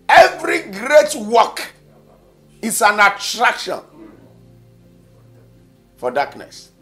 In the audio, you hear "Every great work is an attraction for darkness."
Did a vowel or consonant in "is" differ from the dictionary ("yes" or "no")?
yes